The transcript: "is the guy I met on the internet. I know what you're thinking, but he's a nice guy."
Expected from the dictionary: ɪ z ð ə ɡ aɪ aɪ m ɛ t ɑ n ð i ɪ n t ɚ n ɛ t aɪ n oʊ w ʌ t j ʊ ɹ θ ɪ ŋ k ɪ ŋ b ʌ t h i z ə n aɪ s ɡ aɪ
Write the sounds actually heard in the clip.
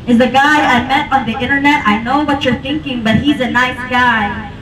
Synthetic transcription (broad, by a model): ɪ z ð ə ɡ aɪ aɪ m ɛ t ɑ n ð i ɪ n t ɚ n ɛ t aɪ n oʊ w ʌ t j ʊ ɹ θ ɪ ŋ k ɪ ŋ b ʌ t h i z ə n aɪ s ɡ aɪ